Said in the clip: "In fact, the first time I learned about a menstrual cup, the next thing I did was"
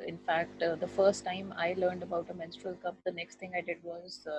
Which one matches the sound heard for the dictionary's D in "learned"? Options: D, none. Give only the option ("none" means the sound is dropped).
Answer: D